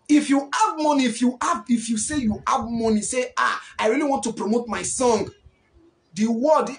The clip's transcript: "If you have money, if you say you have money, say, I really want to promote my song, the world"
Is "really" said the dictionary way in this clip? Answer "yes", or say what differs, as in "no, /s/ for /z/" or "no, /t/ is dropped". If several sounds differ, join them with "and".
yes